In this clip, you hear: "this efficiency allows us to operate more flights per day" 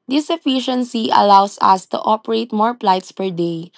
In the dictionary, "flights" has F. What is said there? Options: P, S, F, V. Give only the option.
P